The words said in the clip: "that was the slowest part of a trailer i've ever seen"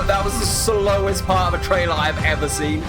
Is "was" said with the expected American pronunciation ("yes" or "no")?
yes